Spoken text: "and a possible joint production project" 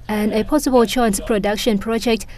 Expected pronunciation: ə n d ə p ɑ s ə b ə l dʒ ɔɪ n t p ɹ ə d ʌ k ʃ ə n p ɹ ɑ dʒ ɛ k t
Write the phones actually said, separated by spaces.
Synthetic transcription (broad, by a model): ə n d ə p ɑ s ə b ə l tʃ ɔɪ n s p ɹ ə d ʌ k ʃ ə n p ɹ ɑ dʒ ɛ k t